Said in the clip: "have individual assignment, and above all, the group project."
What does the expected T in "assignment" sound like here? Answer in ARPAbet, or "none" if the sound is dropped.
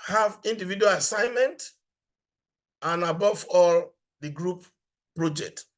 T